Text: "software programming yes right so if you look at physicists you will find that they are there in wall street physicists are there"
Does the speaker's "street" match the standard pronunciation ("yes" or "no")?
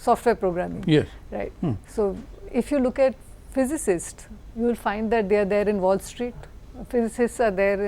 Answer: yes